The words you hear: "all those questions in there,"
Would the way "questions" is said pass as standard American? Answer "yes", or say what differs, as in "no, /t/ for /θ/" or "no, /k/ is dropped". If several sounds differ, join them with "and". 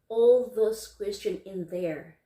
no, /z/ is dropped